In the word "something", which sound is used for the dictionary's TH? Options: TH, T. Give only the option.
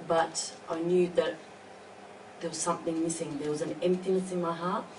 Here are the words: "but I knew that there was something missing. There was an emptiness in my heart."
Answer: TH